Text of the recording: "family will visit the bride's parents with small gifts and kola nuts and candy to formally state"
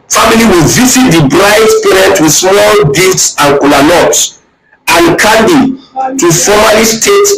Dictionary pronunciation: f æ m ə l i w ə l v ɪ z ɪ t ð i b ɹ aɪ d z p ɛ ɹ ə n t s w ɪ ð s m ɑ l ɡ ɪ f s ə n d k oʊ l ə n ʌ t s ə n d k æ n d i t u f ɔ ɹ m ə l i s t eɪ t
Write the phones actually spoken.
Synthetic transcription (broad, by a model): f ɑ m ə l i w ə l v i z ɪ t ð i b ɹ aɪ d s p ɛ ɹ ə n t w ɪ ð s m ɑ l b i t s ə n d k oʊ l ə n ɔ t s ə n k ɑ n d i t u f ɔ m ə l i s t eɪ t